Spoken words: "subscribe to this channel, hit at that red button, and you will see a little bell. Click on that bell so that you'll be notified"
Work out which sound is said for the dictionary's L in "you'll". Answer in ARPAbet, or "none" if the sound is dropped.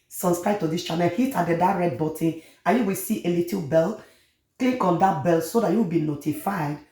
W